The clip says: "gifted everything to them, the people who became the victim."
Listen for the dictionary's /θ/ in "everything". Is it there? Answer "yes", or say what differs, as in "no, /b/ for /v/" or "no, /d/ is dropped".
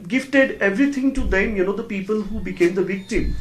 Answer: no, /t/ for /θ/